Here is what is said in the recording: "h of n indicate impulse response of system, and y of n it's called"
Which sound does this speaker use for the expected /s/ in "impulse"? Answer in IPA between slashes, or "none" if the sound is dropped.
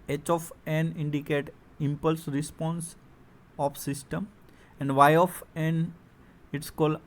/s/